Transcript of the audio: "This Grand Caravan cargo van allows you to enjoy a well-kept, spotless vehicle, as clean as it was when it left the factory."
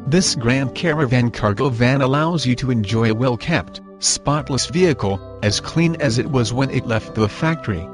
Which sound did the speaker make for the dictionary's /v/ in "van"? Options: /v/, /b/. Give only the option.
/v/